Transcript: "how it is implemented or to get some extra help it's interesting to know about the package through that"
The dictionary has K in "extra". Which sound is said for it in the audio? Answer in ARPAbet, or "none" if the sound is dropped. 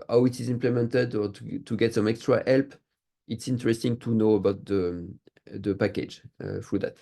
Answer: K